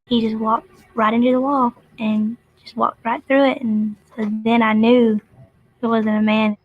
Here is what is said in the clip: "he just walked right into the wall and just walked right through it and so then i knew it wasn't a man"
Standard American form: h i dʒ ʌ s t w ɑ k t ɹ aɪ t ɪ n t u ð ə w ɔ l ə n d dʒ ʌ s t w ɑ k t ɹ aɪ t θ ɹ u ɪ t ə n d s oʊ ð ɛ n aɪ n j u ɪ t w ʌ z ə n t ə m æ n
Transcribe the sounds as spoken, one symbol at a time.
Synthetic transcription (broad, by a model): h i dʒ ʌ s t w ɑ k t ɹ aɪ t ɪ n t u ð ə w ɔ l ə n dʒ ʌ s t w ɑ k t ɹ aɪ t θ ɹ u ɪ t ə n s oʊ ð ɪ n aɪ n j u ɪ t w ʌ z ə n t ə m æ n